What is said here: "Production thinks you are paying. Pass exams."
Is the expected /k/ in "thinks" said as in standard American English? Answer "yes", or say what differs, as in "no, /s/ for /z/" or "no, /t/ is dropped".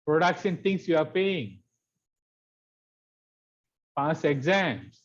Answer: no, /k/ is dropped